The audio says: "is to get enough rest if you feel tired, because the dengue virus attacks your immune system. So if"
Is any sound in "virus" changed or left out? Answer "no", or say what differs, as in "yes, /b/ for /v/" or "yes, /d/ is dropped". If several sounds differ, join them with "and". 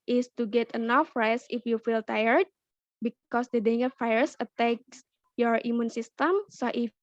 yes, /f/ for /v/